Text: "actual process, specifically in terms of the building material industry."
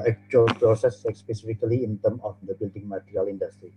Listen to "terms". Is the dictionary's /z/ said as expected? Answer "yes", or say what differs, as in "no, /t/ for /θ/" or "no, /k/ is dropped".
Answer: no, /z/ is dropped